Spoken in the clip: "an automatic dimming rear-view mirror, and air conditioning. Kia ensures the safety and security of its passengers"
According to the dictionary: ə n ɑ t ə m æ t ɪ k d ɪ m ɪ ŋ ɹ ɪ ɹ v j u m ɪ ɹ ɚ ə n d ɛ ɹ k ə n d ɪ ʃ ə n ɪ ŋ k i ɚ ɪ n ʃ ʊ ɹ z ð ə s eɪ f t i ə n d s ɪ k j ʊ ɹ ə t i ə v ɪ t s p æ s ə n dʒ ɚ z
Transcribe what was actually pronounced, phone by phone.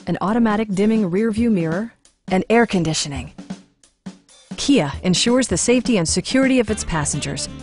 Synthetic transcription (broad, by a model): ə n ɑ t ə m æ t ɪ k d ɪ m ɪ ŋ ɹ ɪ ɹ v j u m ɪ ɹ ɚ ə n ɛ ɹ k ə n d ɪ ʃ ə n ɪ ŋ k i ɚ ɪ n ʃ ʊ ɹ z ð ə s eɪ f t i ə n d s ɪ k j ʊ ɹ ə t i ə v ɪ t s p æ s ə n dʒ ɚ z